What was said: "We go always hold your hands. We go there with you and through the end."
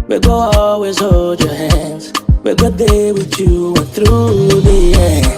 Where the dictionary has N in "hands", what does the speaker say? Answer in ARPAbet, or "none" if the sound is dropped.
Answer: N